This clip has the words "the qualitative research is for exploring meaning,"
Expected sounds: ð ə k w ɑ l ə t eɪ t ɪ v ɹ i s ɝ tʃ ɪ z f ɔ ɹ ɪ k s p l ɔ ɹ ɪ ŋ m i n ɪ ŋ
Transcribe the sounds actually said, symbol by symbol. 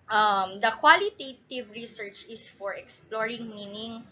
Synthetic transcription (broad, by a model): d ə k w ɑ l ə t eɪ t ɪ v ɹ i s ɝ tʃ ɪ s f ɔ ɹ ɪ k s p l ɔ ɹ ɪ ŋ m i n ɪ ŋ